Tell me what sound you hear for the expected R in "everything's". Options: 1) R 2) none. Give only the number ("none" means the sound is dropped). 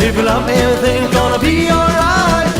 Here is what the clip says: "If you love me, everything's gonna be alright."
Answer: 2